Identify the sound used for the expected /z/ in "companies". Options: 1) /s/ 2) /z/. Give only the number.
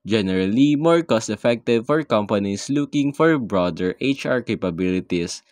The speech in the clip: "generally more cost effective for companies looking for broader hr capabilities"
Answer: 1